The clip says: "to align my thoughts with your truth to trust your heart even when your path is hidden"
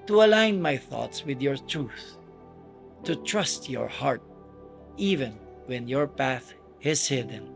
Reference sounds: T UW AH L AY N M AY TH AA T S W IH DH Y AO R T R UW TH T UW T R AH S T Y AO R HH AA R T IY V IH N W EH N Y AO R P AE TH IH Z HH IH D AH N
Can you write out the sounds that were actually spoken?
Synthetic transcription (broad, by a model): T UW AH L AY N M AY TH AA T S W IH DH Y AO R T R UW TH T UW T R AH S T Y AO R HH AA R T IY V IH N W EH N Y AO R P AE TH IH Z HH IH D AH N